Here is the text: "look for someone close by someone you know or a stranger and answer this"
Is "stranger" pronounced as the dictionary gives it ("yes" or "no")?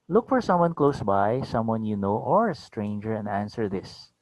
yes